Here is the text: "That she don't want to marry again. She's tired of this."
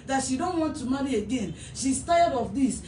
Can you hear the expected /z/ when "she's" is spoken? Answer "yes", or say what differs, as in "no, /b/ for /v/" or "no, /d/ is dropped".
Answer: no, /s/ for /z/